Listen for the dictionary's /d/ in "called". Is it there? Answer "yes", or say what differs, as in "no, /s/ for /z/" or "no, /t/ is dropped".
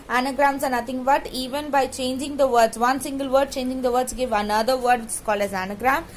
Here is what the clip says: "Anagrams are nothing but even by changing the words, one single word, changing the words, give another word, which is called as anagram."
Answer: no, /d/ is dropped